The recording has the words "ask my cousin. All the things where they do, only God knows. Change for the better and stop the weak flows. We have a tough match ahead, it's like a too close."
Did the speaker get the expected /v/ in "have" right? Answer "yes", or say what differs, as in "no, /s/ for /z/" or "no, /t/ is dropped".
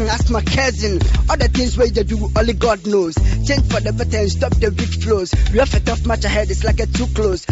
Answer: no, /f/ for /v/